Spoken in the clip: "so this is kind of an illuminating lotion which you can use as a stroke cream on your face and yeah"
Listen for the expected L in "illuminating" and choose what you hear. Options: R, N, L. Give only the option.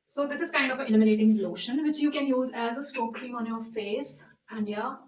N